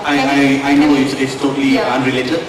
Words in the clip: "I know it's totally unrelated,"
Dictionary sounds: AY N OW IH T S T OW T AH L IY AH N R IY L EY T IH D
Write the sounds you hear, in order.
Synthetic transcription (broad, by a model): AY N OW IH S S T OW T AH L IY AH N R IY L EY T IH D